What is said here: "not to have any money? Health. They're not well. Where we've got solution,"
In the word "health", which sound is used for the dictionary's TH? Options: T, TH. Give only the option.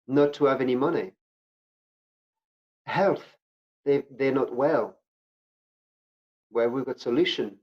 TH